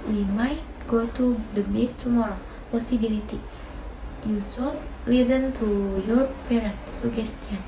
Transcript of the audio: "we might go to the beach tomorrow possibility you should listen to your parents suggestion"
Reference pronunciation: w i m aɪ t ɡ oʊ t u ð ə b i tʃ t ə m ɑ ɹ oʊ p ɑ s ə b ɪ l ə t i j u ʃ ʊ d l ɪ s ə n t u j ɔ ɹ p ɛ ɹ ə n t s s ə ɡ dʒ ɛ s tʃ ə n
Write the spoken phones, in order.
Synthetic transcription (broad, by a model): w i m aɪ t ɡ oʊ t u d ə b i s t ə m ɑ ɹ oʊ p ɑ s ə b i l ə t i j u s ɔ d l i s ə n t u j ɔ ɹ p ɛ ɹ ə n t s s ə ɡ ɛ s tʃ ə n